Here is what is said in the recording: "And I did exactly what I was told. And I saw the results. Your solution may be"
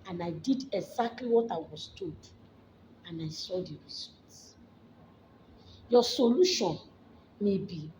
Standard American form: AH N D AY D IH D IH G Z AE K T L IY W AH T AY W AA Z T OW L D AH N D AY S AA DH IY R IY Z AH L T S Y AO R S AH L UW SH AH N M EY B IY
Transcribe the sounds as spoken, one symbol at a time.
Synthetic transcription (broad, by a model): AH N AY D IH D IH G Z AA K T L IY W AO T AY W AA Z T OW D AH N AY S AA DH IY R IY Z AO L T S Y AO S AH L UW SH AH N M EY B IY